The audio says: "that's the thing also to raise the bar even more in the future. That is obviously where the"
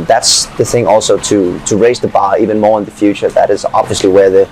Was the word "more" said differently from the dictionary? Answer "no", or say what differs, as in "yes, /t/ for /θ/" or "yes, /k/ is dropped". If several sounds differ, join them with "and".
no